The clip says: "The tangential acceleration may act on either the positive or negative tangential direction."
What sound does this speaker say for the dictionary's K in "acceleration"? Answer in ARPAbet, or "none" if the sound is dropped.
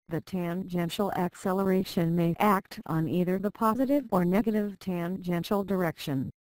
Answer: K